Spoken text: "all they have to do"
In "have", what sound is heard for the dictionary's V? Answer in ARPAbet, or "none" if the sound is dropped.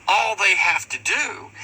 F